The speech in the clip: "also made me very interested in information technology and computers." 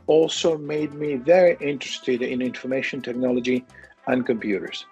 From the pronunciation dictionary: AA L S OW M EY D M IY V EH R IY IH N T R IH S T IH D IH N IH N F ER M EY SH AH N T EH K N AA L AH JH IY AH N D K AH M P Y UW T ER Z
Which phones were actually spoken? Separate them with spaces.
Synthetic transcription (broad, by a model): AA L S OW M EY D M IY V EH R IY IH N T R IH S T IH D IH N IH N F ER M EY SH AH N T EH K N AA L AH JH IY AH N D K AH M P Y UW T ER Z